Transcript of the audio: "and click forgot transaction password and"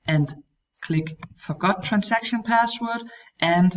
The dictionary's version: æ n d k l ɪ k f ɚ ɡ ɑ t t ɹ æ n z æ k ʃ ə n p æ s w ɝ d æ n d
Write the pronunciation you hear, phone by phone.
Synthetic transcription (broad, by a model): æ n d k l ɪ k f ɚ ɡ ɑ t t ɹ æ n s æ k ʃ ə n p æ s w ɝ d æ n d